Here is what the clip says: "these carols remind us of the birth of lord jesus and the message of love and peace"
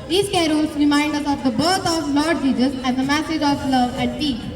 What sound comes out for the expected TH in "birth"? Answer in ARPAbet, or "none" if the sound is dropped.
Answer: T